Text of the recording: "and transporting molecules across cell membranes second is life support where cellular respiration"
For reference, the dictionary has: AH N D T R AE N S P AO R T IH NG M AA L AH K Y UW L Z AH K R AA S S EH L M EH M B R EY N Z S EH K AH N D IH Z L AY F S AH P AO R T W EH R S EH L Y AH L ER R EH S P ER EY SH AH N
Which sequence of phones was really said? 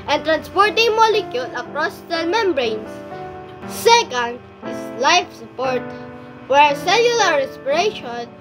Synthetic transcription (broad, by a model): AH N T R AE N S P AO R T IH NG M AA L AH K Y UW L AH K R AA S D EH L M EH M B R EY N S S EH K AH N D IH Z L AY F S AH P AO R T W EH R S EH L Y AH L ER R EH S P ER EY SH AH N